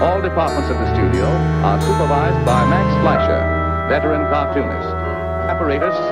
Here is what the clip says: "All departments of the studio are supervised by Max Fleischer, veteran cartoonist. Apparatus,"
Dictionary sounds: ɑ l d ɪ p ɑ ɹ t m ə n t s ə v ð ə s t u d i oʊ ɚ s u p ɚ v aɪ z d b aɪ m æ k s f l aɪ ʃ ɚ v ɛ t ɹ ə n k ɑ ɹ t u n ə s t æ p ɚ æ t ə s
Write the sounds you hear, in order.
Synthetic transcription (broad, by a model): ɑ l d ɪ p ɑ ɹ t m ə n t s ə v ð ə s t u d i oʊ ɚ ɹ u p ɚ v aɪ z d b aɪ m æ k s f l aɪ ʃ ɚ b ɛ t l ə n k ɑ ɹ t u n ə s æ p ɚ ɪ t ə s